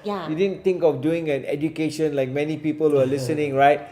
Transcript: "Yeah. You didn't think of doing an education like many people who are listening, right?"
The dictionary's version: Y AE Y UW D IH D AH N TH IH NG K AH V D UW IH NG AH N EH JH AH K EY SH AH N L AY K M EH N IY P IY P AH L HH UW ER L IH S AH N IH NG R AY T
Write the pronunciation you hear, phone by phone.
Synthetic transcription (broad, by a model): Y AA Y UW D IH D AH N T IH NG K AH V D UW IH NG AH N EH JH AH K EY SH AH N L AY K M EH N IY P IY P AH L HH UW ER L IH S AH N IH NG R AY T